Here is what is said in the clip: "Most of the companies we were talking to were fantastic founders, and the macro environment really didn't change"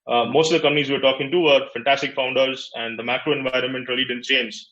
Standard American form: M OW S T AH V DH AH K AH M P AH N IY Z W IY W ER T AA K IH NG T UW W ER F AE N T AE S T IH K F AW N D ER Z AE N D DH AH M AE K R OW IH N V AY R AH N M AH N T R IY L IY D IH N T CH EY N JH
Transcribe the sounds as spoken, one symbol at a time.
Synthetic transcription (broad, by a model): M OW S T AH V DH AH K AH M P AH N IY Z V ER T AA K IH NG T UW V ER F AE N T AE S T IH K F AW N D ER Z AE N D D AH M AE K R OW IH N V AY R AH N M AH N T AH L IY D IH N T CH EY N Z